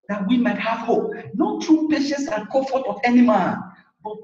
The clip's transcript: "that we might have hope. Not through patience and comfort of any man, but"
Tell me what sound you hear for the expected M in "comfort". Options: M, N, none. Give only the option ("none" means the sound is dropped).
none